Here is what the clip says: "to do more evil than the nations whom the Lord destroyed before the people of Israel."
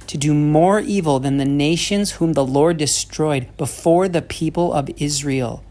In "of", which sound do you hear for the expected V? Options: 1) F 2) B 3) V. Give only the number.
3